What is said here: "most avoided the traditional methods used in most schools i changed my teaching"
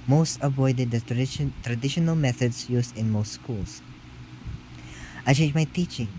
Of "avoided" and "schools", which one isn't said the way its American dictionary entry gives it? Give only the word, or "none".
schools